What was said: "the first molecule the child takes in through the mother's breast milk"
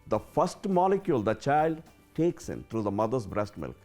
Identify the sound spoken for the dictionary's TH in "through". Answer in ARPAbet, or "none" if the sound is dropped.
T